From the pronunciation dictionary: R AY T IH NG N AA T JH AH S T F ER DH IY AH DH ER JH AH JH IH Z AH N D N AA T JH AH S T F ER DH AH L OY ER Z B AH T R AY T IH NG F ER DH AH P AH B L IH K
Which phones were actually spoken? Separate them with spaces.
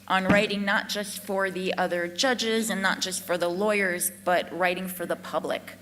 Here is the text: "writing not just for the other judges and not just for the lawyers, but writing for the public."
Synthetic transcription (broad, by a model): R AY T IH NG N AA T JH AH S T F ER DH IY AH DH ER JH AH JH IH Z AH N N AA T JH AH S T F ER DH AH L OY ER Z B AH T R AY T IH NG F ER DH AH P AH B L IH K